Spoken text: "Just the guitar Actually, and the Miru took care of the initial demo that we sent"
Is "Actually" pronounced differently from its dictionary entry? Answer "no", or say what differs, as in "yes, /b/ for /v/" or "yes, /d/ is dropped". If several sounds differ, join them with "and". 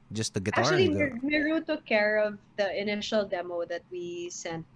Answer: yes, /l/ is dropped